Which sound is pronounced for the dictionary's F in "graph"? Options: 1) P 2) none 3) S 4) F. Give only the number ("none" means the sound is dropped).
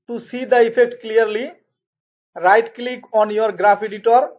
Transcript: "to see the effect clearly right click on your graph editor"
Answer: 1